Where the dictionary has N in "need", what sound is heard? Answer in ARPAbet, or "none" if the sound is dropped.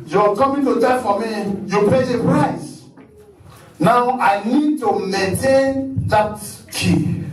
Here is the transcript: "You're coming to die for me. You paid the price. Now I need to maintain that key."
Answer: N